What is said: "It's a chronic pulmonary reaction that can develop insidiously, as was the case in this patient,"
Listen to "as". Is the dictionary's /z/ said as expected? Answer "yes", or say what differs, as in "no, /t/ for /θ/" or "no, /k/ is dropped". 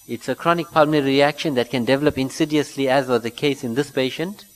yes